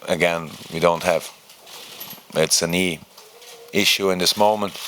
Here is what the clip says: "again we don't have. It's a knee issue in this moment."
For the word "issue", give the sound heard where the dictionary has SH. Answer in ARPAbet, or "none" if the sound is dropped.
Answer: SH